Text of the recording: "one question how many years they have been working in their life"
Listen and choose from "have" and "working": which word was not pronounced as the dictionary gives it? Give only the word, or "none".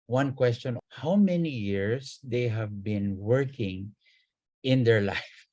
none